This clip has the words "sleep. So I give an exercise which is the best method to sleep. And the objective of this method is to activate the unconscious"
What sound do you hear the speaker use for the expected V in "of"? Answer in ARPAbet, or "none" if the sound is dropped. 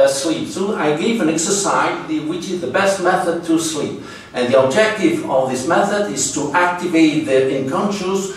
V